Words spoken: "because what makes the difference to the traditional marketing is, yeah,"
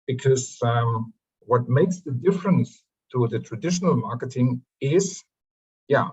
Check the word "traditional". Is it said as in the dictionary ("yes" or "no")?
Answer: yes